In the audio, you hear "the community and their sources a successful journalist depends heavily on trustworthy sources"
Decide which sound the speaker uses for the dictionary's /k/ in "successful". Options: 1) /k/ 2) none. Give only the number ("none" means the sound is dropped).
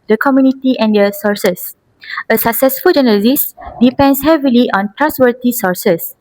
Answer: 1